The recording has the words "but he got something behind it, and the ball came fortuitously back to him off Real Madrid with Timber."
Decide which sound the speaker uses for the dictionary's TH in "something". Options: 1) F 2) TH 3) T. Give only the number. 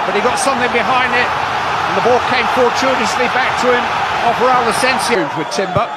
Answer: 2